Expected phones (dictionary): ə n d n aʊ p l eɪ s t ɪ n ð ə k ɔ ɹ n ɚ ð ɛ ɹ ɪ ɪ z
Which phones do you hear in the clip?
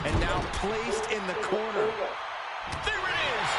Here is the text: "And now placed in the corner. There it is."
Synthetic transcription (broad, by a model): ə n n aʊ p l eɪ s t ɪ n ð ə k ɔ ɹ n ɚ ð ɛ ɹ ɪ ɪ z